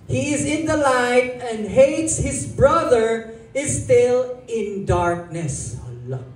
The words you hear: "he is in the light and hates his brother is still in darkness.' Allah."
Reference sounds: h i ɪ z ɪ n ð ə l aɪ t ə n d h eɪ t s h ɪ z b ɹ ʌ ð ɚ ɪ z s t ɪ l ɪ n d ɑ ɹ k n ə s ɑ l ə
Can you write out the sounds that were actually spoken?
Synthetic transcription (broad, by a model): h i ɪ z ɪ n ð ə l aɪ t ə n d h eɪ t s h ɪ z b ɹ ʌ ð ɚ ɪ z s t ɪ l ɪ n d ɑ ɹ k n ə s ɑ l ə